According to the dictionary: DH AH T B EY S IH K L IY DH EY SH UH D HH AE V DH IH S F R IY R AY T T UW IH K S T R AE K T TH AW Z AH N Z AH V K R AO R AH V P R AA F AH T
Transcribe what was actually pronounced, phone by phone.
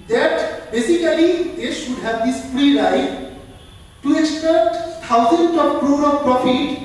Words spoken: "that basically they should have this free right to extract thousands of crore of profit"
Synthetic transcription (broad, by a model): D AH T B EY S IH K L IY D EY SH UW D HH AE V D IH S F R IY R AY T T UW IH K S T EH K T T AW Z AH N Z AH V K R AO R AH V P R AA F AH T